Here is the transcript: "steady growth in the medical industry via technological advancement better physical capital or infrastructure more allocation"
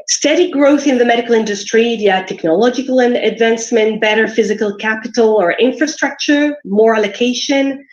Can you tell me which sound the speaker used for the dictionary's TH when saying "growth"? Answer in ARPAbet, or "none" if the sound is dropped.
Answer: TH